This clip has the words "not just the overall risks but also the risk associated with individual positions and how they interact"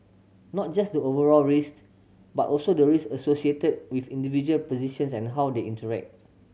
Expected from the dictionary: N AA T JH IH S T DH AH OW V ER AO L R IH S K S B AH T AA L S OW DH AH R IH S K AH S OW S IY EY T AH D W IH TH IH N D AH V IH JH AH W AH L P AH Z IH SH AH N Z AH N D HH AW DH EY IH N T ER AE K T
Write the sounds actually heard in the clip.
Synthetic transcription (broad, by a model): N AA T JH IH S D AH OW V ER AO L R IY S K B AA T AA L S OW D AH R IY S AH S OW S IY EY T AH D W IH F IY N D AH V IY JH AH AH L P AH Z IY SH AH N S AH N HH AW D EY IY N T ER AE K T